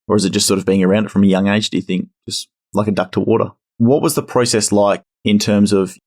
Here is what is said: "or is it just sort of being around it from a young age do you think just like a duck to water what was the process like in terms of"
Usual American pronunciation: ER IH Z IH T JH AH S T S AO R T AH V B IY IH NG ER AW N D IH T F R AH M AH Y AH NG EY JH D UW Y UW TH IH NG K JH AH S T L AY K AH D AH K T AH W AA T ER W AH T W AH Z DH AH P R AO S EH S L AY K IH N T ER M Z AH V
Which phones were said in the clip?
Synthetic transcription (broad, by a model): ER IH Z IH T JH AH S T S AO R T AH V B IY IH NG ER AW N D IH T F R AH M AH Y AH NG EY JH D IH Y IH TH IH NG K JH AH S T L AY K AH D AH K T AH W AA T ER W AH T W AH Z DH AH P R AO S EH S L AY K IH N T ER M Z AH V